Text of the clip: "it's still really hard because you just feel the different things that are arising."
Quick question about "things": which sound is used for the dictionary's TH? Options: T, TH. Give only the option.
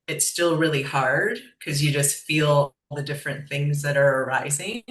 TH